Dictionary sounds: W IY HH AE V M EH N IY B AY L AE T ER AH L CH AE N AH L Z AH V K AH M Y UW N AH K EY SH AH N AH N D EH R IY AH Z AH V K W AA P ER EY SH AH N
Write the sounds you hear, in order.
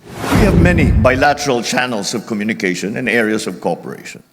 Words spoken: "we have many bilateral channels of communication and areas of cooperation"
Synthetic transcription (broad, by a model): W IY HH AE V M EH N IY B AY L AE T ER AH L CH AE N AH L S AH V K AH M Y UW N AH K EY SH AH N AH N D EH R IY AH S AH V K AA P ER EY SH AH N